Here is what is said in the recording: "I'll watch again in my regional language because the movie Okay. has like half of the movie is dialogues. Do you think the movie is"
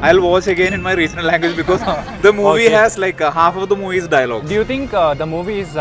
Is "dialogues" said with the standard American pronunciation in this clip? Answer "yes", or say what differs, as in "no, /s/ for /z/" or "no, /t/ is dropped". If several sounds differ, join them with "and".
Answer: no, /z/ is dropped